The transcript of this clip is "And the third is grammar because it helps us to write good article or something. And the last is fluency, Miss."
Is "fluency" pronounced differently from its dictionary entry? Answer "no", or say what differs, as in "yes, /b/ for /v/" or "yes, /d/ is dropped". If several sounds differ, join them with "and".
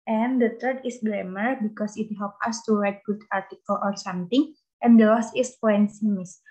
yes, /l/ is dropped